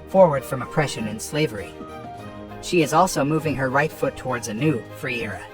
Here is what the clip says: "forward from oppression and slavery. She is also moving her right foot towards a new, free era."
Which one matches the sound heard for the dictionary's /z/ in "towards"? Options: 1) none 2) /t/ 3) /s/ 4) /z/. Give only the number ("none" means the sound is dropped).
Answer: 4